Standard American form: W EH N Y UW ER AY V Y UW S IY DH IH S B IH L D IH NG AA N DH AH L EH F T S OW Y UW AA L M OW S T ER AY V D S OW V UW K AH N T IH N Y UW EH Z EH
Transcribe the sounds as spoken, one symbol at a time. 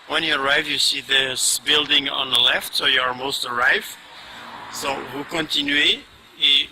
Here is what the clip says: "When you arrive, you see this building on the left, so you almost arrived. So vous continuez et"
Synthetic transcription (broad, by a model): W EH N Y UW ER AY V Y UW S IY DH IH S B IH L D IH NG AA N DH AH L EH F T S OW Y UW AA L M OW S T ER AY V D S OW W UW K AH N T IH N Y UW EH IY